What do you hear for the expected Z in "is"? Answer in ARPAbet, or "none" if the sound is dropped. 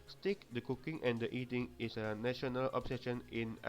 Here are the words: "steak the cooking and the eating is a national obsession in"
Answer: S